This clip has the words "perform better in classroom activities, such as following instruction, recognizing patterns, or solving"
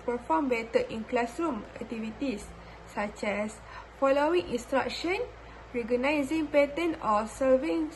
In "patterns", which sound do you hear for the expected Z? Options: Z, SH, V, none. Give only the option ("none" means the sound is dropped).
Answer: none